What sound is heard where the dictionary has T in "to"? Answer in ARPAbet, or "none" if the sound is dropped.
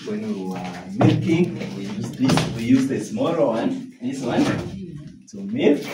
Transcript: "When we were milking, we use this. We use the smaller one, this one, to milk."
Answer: S